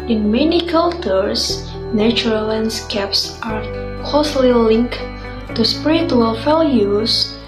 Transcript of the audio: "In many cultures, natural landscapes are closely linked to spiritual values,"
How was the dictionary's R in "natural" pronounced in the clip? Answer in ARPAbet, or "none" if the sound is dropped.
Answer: none